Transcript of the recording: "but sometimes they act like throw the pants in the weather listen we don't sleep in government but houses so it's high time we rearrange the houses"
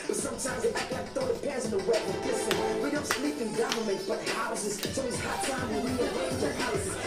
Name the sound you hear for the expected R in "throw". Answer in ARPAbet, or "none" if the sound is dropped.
none